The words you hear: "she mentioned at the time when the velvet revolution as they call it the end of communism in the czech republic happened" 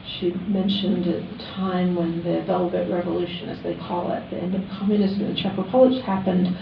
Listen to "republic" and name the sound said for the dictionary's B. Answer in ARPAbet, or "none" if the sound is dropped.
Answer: none